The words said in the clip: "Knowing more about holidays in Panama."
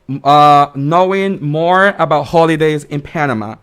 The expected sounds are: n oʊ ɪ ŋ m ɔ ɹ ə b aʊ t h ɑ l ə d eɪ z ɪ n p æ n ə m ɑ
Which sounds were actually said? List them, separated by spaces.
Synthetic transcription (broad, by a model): n oʊ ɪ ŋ m ɔ ɹ ə b aʊ t h ɑ l ə d eɪ z ɪ n p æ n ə m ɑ